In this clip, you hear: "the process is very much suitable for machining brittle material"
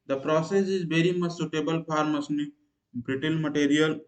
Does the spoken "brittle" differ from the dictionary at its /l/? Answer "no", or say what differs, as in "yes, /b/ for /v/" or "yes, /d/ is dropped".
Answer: yes, /n/ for /l/